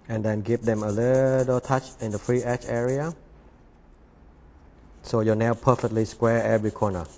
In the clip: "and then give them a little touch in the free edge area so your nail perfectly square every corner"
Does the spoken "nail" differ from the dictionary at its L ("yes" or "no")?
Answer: yes